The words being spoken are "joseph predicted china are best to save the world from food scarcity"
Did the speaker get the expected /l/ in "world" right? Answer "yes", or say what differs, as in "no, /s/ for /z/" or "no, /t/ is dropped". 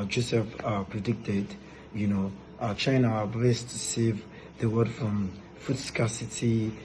no, /l/ is dropped